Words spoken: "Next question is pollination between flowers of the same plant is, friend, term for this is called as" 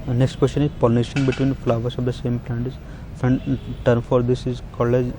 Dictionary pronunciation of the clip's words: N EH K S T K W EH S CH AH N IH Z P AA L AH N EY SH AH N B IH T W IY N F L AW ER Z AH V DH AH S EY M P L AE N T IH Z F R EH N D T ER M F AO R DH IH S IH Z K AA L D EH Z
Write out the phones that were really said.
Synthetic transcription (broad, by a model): N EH K S T K W EH S CH AH N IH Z P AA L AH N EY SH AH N B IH T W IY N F L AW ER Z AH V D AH S EY M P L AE N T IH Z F EH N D T ER M F AO R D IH S IH Z K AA L EH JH